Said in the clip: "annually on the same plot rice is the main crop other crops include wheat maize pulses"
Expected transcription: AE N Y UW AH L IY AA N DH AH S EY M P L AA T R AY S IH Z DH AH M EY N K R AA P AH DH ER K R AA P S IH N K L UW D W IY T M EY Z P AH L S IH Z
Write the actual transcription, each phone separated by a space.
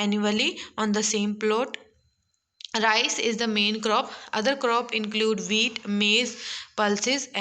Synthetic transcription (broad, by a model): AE N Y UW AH L IY AA N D AH S EY M P L AA T R AY S IH Z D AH M EY N K R AA P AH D ER K R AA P IH N K L UW D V IY T M EY Z P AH L S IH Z